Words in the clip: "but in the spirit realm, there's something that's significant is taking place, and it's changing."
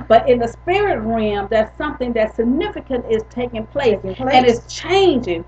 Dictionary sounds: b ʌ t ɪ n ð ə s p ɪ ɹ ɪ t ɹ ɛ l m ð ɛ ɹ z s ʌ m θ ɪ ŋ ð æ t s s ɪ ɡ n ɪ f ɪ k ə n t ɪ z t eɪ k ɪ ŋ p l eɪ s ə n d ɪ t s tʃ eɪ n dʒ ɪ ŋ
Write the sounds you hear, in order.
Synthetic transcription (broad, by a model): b ʌ t ɪ n ð ə s p ɪ ɹ ɪ t ɹ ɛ m ð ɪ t s ʌ m θ ɪ ŋ ð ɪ t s s ɪ ɡ n ɪ f ɪ k ə n t ɪ z t eɪ k ɪ ŋ p l eɪ s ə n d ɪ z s tʃ eɪ n dʒ ɪ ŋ